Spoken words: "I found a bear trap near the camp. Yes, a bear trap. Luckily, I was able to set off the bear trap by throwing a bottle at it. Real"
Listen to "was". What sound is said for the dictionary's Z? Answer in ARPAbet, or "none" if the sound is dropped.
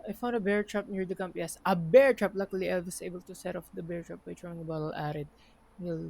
S